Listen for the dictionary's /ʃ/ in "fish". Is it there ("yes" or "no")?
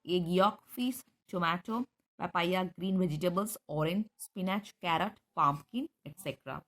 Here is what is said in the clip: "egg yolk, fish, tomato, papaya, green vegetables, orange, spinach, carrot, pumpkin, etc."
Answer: no